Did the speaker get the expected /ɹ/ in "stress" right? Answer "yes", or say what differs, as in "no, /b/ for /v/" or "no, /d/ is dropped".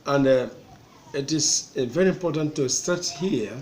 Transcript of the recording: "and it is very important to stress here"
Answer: no, /ɹ/ is dropped